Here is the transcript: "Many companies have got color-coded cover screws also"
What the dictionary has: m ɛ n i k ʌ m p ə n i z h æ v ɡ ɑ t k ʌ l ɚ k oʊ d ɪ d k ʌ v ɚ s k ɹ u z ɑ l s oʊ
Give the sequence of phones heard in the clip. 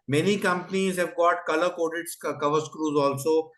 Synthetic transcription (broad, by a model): m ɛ n i k ʌ m p ə n i z h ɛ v ɡ ɑ t k ʌ l ɚ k oʊ d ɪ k k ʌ v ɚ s k ɹ u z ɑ l s oʊ